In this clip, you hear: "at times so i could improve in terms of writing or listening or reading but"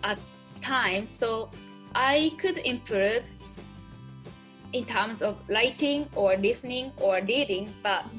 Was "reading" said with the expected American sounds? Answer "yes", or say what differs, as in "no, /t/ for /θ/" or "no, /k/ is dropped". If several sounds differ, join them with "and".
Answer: no, /l/ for /ɹ/